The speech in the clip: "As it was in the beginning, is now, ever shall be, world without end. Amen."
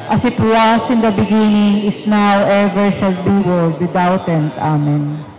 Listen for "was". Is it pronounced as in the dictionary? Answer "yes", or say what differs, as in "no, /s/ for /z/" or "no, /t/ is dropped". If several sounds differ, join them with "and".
no, /s/ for /z/